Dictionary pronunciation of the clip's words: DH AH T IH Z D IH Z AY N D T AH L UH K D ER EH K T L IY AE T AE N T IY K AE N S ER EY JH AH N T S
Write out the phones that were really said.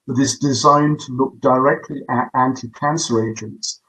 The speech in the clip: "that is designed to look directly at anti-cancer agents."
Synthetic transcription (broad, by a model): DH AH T IH Z D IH Z AY N T AH L UH K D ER EH K T L IY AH T AE N T IY K AE N S ER EY JH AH N T S